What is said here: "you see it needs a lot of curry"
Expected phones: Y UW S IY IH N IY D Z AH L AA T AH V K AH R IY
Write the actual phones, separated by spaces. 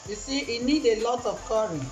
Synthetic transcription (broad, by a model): Y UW S IY IH N IY D AH L AA T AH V K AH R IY